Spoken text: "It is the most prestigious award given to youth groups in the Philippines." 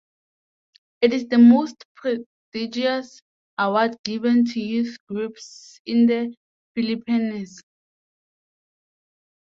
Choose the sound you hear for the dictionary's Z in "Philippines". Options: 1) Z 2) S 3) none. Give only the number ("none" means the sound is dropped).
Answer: 2